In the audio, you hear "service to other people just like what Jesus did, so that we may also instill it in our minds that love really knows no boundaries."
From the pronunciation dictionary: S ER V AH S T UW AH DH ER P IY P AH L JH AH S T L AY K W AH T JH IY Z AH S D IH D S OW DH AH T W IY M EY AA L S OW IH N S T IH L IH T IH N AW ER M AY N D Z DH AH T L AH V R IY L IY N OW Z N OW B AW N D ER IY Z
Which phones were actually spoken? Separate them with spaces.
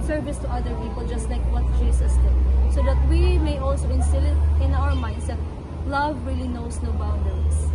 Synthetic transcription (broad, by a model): S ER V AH S T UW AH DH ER P IY P AH L JH AH S T L AY K W AH T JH IY S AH S D IH D S OW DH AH T W IY M EY AA L S OW IH N S T IH L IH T IH N AW ER M AY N D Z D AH T L AH V R IY L IY N OW S N OW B AW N D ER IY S